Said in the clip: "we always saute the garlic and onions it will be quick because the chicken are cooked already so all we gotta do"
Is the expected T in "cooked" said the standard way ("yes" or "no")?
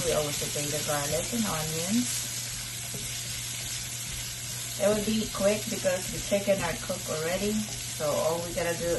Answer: no